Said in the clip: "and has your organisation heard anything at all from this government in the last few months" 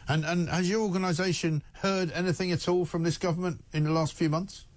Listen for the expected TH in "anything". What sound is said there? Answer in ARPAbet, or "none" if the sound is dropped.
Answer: TH